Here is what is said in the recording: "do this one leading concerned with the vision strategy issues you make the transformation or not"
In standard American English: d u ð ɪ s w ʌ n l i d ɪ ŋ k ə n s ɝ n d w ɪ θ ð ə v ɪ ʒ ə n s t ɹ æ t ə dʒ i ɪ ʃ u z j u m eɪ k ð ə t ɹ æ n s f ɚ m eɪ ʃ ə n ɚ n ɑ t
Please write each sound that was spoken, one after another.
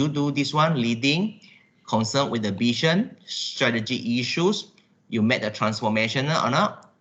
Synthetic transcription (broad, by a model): d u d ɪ s w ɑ n l i d ɪ ŋ k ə n s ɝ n w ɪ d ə b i ʃ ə n s t ɹ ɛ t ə dʒ i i ʃ u s j u m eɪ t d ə t ɹ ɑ n s f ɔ m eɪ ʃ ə n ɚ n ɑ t